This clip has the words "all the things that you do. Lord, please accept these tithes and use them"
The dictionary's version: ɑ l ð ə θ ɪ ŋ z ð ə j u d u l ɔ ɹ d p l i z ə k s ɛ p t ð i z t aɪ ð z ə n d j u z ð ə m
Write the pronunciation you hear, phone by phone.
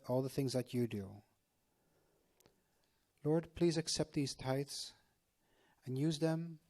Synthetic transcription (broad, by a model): ɑ l ð ə θ ɪ ŋ z ð ə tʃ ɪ d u l ɔ ɹ d p l i z ə k s ɛ p t ð i z t aɪ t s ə n j u z ð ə m